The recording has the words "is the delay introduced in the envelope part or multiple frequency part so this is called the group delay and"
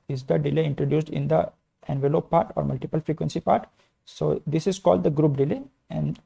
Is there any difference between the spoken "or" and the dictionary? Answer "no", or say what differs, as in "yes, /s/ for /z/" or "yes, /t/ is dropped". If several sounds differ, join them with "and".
no